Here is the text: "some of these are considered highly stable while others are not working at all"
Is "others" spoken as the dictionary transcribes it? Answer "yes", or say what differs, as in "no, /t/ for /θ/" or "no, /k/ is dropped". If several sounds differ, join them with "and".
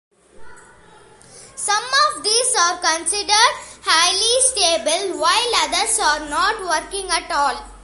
no, /s/ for /z/